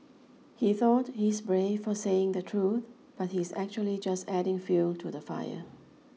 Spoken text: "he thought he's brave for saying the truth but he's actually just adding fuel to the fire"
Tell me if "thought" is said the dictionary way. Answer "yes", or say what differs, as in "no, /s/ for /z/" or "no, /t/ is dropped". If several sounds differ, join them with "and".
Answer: yes